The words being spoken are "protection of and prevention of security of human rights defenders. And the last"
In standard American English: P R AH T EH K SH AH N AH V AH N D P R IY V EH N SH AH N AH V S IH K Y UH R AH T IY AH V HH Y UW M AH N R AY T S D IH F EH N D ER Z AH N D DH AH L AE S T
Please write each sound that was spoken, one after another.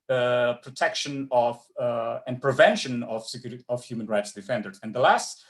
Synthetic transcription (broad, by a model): P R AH T EH K SH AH N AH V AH N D P R IY V EH N SH AH N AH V S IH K Y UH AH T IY AH V HH Y UW M AH N R AY T S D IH F EH N D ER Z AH N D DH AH L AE S T